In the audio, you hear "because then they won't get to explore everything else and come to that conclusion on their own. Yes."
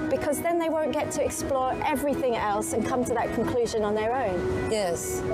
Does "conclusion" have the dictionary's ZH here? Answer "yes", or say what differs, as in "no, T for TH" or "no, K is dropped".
yes